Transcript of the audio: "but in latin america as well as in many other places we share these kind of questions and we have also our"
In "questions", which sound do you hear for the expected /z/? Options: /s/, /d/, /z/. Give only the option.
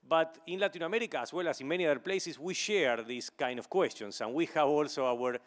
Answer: /s/